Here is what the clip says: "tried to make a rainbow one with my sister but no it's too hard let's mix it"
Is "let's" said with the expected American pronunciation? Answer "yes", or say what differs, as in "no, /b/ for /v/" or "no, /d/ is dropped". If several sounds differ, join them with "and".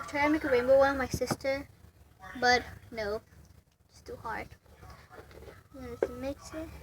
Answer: no, /n/ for /l/